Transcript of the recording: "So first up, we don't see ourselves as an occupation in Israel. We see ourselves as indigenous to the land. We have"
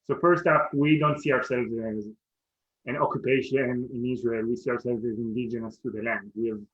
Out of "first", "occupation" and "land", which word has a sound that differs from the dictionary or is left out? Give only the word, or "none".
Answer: none